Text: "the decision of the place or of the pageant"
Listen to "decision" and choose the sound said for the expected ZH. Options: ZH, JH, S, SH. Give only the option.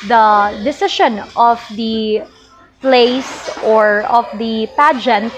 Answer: SH